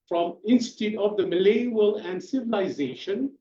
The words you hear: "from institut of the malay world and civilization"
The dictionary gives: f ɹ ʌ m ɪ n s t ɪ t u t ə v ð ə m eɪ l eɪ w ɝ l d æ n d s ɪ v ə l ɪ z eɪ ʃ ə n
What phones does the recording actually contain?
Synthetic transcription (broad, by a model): f ɹ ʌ m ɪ n s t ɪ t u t ə v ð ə m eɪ l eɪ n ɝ l æ n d s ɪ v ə l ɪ z eɪ ʃ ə n